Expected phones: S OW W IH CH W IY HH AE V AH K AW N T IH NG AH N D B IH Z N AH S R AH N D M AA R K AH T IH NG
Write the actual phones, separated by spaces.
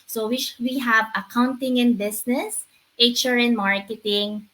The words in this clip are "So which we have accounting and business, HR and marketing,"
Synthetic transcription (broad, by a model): S OW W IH W IY HH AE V AH K AW N T IH NG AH N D B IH S N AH S R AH N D M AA R K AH T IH NG